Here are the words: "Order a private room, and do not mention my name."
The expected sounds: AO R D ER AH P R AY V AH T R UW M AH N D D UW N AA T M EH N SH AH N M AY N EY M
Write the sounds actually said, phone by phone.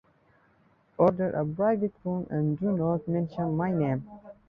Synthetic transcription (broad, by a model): AO R D ER AH B R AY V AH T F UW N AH N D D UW N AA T M EH N SH AH N M AY N EY M